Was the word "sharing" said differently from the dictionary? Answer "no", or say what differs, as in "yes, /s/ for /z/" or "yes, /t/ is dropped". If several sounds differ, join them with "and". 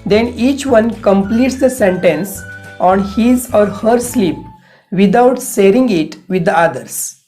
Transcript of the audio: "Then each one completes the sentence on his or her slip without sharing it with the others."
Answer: yes, /s/ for /ʃ/